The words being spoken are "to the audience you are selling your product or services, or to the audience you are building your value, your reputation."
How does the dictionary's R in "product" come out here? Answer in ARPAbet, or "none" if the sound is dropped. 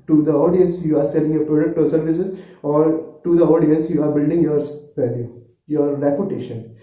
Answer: R